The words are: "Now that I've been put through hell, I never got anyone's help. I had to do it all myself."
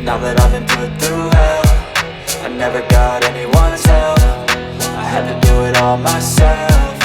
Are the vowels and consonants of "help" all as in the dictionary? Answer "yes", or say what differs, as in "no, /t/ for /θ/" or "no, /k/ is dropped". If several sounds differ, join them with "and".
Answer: no, /f/ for /p/